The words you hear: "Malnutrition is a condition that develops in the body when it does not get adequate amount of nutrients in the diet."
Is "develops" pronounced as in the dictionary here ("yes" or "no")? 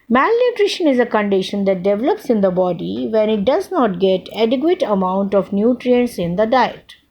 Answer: yes